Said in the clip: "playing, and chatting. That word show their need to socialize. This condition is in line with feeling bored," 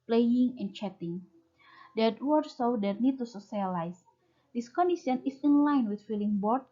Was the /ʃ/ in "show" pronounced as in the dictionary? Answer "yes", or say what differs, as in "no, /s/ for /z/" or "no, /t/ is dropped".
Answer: no, /s/ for /ʃ/